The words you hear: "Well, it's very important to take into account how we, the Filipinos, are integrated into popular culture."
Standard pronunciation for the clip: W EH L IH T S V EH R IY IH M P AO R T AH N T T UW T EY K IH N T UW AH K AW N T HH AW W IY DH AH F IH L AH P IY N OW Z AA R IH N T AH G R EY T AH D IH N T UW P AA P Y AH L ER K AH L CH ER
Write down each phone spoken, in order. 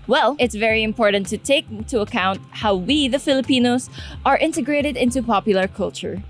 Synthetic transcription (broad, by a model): W EH L IH T S V EH R IY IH M P AO R T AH N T T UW T EY IH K T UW AH K AW N T HH AW W IY DH AH F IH L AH P IY N OW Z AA R IH N T AH G R EY T AH D IH N T UW P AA P Y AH L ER K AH L CH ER